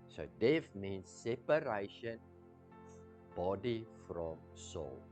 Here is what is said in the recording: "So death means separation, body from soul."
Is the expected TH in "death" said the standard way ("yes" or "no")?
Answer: no